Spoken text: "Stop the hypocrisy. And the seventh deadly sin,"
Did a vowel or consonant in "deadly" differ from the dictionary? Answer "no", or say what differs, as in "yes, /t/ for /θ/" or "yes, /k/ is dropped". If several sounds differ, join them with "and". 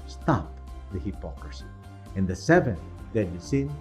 yes, /l/ is dropped